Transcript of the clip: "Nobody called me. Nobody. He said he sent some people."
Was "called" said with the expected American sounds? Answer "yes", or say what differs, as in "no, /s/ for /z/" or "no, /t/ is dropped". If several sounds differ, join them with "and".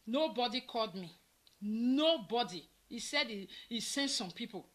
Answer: yes